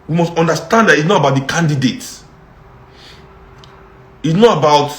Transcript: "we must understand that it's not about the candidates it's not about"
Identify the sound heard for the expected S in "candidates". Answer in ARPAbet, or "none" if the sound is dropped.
none